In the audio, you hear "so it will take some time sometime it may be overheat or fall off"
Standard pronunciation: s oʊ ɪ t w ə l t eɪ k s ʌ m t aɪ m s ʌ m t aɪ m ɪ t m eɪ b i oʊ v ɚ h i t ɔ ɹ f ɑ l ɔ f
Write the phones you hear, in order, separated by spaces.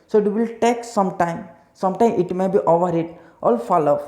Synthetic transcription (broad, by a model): s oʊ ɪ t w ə l t eɪ k s ʌ m t aɪ m s ʌ m t aɪ m ɪ t m eɪ b i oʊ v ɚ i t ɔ l f ɑ l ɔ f